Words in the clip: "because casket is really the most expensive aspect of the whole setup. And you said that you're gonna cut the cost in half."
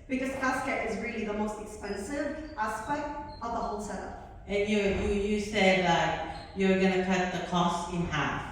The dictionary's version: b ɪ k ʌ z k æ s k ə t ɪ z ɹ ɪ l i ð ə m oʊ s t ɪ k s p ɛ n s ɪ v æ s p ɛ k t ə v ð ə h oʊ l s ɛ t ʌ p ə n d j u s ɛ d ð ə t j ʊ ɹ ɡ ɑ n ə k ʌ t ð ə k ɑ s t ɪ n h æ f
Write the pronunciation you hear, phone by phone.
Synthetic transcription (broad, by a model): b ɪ k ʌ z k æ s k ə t ɪ z ɹ ɪ l i ð ə m oʊ s t ɪ k s p ɛ n s ɪ v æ s p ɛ k t ə v ð ə h oʊ l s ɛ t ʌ ə n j j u s ɛ d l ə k j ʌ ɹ ɡ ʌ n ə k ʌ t ð ə k ɑ s t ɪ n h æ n